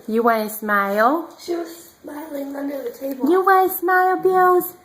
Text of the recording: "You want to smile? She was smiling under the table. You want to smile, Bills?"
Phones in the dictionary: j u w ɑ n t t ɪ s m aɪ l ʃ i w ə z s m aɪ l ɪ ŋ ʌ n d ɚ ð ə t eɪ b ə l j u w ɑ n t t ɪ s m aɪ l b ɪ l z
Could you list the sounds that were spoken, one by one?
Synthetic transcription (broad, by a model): j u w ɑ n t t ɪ s m aɪ l ʃ i w ə z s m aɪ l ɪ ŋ ʌ n d ɚ ð ə t eɪ ə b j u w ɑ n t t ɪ s m aɪ l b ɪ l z